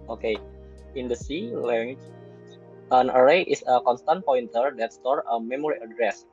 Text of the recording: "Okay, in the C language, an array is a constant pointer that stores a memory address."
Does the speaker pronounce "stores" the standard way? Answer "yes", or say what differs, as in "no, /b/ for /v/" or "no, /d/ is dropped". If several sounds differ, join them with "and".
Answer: no, /z/ is dropped